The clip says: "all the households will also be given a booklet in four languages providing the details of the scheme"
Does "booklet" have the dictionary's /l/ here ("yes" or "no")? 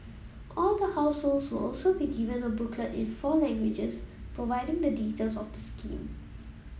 no